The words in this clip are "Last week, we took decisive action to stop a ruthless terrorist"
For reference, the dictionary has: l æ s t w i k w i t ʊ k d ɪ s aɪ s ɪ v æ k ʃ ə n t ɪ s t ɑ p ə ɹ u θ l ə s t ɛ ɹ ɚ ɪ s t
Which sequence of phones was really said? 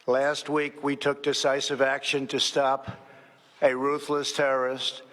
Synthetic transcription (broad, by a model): l æ s t w i k w i t ʊ k d ɪ s aɪ s ɪ v æ k ʃ ə n t ɪ s t ɑ p ə ɹ u θ l ə s t ɛ ɹ ɚ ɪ s t